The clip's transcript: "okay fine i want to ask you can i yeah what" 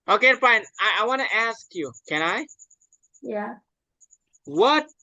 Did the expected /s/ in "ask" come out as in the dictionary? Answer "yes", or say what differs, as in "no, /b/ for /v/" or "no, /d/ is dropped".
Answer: yes